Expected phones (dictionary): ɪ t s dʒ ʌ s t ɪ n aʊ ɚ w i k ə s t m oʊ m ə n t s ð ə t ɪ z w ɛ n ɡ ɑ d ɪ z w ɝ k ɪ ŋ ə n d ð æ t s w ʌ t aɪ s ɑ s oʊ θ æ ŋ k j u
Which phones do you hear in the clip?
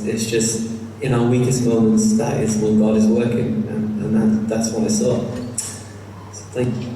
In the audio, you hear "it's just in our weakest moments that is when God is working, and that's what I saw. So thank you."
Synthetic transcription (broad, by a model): ɪ t s dʒ ʌ s t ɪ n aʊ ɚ w i k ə s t m oʊ m ə n t s ð ə t ɪ z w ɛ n ɡ ɑ d ɪ z w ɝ k ɪ ŋ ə n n ð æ t s w ʌ t aɪ s ɑ s oʊ θ æ ŋ k j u